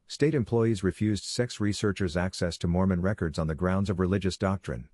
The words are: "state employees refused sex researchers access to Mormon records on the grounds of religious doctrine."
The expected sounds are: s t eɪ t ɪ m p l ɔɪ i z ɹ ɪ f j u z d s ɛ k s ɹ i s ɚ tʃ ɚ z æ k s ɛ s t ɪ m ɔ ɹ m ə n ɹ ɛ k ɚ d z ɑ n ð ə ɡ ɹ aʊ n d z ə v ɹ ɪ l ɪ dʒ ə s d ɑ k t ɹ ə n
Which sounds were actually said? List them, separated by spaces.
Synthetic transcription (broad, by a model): s t eɪ t ɪ m p l ɔɪ i z ɹ ɪ f j u z d s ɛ k s ɹ i s ɚ tʃ ɚ z æ k s ɛ s t ɪ m ɔ ɹ m ə n ɹ ɛ k ɚ d z n ð ə ɡ ɹ aʊ n d z ə v ɹ ɪ l ɪ dʒ ə s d ɑ k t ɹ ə n